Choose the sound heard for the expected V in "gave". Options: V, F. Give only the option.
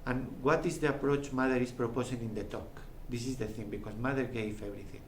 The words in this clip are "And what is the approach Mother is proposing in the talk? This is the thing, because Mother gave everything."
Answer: F